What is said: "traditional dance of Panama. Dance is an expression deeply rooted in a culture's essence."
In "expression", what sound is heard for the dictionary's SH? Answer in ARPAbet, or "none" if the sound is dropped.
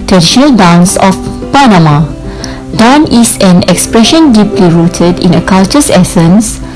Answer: SH